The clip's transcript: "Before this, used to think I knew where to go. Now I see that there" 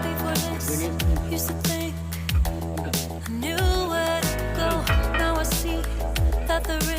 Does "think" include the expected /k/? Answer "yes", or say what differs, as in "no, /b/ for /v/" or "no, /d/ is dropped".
yes